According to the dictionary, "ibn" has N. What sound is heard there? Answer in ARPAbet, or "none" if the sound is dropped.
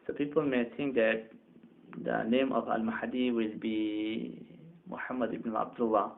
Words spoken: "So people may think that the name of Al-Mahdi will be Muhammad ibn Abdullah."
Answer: none